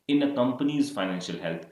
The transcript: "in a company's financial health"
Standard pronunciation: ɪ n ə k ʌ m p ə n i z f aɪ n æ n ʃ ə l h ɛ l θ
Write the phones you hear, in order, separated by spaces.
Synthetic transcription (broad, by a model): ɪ n ə k ʌ m p ə n i z f aɪ n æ n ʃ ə l h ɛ l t